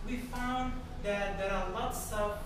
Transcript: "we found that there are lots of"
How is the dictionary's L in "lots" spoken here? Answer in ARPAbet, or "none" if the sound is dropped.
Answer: L